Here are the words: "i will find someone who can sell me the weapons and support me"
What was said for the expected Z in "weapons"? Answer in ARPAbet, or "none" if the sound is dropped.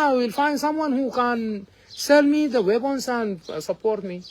S